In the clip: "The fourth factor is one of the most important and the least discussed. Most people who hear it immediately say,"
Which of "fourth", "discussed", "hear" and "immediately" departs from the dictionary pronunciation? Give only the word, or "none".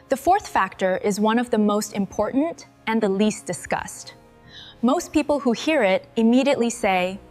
none